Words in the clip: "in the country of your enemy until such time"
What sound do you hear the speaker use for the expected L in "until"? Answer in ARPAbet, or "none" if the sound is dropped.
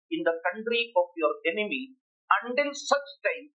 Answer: N